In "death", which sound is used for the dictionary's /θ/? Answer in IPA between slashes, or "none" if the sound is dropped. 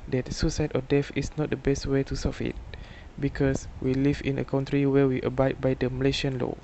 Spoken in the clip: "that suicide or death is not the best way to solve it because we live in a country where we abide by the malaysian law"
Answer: /f/